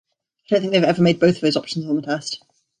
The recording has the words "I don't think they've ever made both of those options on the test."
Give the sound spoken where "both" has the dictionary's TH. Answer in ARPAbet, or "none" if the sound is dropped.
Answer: TH